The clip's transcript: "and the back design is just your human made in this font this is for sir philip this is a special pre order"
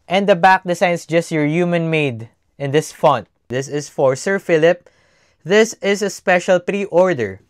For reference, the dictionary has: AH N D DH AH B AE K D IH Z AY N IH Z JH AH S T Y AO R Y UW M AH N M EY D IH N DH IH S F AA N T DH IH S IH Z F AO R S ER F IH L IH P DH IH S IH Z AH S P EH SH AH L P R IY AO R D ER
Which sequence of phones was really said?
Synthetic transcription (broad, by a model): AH N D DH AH B AE K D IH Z AY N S JH AH S T Y AO R Y UW M AH N M EY D IH N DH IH S F AA N T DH IH S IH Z F AO R S ER F IH L IH P DH IH S IH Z AH S P EH SH AH L P R IY AO R D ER